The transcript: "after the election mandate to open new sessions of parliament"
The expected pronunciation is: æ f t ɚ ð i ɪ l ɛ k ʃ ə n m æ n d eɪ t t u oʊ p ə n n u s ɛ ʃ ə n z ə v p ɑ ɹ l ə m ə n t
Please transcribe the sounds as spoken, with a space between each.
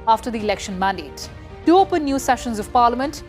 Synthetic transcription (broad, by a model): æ f t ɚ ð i ɪ l ɛ k ʃ ə n m æ n d eɪ t t u oʊ p ə n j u s ɛ ʃ ə n z ə v p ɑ ɹ l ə m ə n t